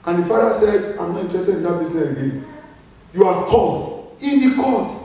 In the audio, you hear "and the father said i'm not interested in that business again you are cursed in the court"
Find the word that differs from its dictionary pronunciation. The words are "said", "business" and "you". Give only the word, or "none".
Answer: business